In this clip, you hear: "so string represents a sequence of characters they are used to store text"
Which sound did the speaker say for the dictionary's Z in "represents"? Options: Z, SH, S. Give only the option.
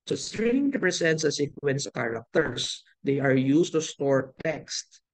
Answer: S